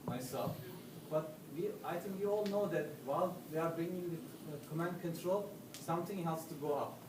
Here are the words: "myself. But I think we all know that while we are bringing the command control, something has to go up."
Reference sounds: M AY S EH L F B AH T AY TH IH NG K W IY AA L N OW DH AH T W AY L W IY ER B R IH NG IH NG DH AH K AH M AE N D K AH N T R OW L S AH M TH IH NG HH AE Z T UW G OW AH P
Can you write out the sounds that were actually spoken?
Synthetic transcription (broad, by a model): M AY S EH L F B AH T AY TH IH NG K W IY AA L N OW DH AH T W AY L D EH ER B R IH NG IH NG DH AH K AH M AE N D K AH N T R OW L S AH M T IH NG HH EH S T UW G OW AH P